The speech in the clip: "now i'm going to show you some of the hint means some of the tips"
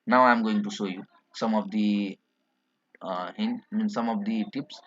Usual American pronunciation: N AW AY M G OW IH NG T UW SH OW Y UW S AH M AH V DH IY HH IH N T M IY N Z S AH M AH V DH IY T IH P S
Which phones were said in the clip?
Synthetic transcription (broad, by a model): N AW AY M G OW IH NG T UW S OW Y UW S AH M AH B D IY HH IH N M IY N S AH M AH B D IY T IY P S